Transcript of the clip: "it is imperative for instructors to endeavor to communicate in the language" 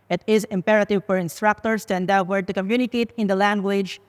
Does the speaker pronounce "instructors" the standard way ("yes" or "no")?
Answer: no